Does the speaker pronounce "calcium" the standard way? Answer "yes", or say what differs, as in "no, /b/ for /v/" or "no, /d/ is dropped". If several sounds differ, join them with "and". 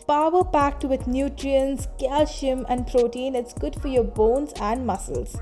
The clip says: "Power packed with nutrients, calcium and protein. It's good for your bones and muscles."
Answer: no, /ʃ/ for /s/